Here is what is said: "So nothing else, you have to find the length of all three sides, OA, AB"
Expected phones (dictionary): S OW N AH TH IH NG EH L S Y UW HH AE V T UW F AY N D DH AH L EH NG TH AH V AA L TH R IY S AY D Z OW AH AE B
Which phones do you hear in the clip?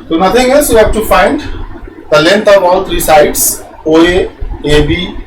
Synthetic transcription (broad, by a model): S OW N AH T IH NG EH L S Y UW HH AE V T UW F AY N D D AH L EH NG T AH V AA L T R IY S AY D S OW AH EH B